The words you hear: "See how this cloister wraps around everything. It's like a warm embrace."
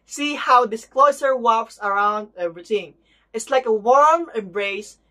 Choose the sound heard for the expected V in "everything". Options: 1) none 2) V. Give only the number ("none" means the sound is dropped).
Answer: 1